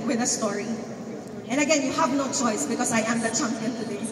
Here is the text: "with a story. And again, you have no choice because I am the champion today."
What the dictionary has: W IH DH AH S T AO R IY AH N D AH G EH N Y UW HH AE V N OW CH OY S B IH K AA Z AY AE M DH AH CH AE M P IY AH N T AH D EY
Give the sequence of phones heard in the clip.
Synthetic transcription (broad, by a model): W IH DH AH S T AO R IY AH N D AH G EH N Y UW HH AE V N OW CH OY S B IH K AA S AY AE M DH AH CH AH M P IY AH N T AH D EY